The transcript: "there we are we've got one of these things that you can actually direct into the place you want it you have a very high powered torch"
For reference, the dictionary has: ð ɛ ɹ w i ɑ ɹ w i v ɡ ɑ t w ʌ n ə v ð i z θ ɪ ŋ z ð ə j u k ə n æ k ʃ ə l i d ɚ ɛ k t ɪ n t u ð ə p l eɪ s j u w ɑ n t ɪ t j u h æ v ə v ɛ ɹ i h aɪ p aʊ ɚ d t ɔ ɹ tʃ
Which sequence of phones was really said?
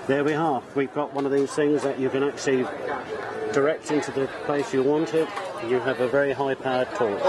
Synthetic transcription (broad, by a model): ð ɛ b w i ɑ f w i v ɡ ɑ t w ʌ n ə v ð i z θ ɪ ŋ z ð ə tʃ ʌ k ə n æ k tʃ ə l i d ɚ ɛ k t ɪ n t u ð ə p l eɪ s j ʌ w ɑ n t ɪ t j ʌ v ə v ɛ ɹ i h aɪ p aʊ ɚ d t ɔ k